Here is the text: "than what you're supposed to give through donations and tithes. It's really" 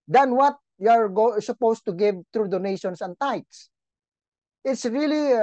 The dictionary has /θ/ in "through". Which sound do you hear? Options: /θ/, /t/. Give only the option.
/t/